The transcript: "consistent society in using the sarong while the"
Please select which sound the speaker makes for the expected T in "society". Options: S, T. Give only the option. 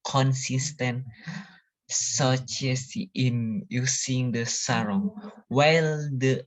S